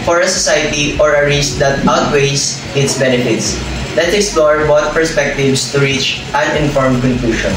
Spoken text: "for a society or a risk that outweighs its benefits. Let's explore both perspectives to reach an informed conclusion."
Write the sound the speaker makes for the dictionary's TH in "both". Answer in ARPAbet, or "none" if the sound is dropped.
T